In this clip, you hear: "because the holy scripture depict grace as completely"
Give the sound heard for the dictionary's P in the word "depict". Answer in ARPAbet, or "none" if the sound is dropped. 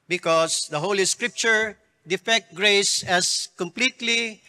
F